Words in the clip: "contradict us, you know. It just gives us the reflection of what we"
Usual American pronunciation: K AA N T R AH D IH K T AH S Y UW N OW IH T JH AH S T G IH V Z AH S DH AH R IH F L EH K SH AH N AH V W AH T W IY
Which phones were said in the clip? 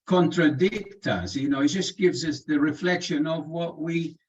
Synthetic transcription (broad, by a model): K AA N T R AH D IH K T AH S Y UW N OW IH T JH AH S G IH V Z AH S DH AH R IH F L EH K SH AH N AH V W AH T W IY